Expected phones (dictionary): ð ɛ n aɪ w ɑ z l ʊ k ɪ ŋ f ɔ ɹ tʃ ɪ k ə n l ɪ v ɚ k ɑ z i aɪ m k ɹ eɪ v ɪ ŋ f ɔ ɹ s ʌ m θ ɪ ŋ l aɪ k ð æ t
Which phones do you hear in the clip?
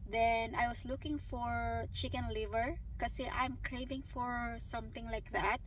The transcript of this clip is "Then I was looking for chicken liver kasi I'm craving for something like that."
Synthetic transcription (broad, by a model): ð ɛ n aɪ w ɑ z l ʊ k ɪ ŋ f ɔ ɹ tʃ ɪ k ə n l ɪ v ɚ k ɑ s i aɪ m k ɹ eɪ v ɪ ŋ f ɔ ɹ s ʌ m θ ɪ ŋ l aɪ k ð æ t